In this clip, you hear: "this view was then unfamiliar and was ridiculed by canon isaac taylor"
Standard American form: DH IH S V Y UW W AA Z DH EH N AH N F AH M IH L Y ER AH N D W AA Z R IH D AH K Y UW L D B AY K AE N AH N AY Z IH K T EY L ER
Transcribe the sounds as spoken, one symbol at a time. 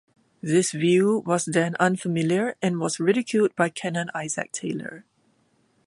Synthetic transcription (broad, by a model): DH IH S V Y UW W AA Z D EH N AH N F AH M IH L Y ER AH N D W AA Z R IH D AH K Y UW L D B AY K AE N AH N AY Z IH K T EY L ER